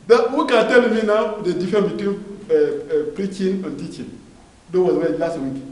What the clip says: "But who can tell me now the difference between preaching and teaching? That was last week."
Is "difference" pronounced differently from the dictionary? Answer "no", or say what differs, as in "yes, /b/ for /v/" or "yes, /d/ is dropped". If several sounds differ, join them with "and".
yes, /s/ is dropped